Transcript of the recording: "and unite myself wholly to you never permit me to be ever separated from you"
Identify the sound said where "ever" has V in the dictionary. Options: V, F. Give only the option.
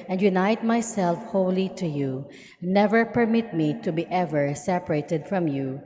V